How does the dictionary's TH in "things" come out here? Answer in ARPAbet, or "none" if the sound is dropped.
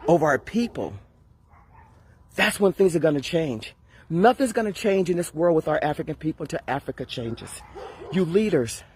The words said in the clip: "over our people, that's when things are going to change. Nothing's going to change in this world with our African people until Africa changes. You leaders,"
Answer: TH